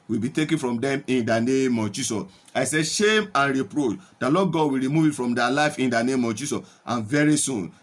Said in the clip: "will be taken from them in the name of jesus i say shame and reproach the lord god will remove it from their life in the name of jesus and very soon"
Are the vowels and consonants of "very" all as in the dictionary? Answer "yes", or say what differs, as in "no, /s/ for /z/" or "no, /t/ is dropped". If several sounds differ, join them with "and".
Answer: yes